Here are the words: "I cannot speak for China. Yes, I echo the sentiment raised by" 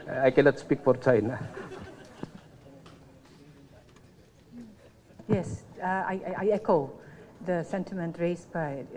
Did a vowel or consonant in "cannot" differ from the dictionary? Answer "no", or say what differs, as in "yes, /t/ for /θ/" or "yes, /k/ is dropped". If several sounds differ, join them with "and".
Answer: yes, /l/ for /n/